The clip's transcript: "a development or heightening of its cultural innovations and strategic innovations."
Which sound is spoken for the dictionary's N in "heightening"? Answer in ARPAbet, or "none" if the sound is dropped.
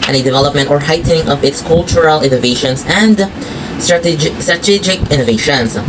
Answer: none